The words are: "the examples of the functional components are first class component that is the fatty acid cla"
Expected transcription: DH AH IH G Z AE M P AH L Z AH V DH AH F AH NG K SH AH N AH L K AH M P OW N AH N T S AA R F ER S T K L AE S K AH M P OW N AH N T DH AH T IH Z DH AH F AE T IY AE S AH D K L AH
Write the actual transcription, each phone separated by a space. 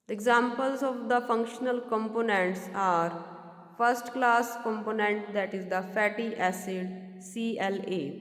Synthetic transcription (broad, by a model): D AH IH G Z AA M P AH L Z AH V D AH F AH NG K SH AH N AH L K AH M P OW N AH N T S AA R F ER S T K L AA S K AH M P OW N AH N T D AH T IH Z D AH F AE T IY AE S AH D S L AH